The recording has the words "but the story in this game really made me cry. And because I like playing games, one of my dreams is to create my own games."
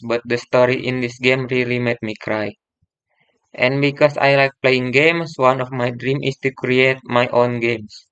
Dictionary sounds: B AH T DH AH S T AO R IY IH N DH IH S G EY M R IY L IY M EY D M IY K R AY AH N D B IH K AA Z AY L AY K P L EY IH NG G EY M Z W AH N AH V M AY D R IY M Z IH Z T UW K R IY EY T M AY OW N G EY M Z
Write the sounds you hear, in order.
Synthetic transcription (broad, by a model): B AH T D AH S T AO R IY IH N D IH S G EY M R IY L IY M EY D M IY K R AY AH N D B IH K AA S AY L AY K P L EY IH NG G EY M S W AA N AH F M AY D R IY M IH S T UW K R IY EY T M AY OW N G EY M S